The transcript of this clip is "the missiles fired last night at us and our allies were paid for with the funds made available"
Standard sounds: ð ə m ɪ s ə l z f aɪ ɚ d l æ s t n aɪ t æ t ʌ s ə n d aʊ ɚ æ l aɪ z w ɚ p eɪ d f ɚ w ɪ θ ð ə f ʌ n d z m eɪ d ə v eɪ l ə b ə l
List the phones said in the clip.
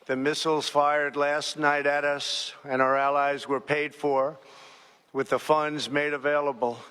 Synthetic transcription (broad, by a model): ð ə m ɪ s l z f aɪ ɚ d l æ s t n aɪ t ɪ t ʌ s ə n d aʊ ɚ æ l aɪ z w ɚ p eɪ d f ɚ w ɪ ð ə f ʌ n d z m eɪ d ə v eɪ l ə b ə l